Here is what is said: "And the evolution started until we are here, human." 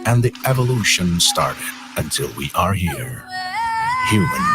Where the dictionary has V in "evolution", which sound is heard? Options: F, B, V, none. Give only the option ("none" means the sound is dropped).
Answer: V